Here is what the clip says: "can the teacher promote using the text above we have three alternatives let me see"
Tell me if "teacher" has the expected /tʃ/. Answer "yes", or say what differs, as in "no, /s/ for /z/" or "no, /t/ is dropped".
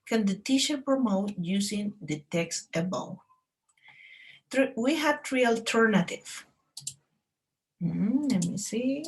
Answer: no, /ʃ/ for /tʃ/